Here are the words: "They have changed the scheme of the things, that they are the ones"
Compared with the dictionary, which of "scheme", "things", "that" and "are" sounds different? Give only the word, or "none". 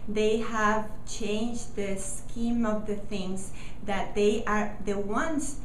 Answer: none